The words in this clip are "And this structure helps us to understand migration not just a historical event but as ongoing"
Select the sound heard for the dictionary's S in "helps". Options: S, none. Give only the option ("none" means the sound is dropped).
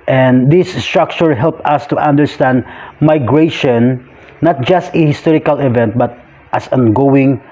none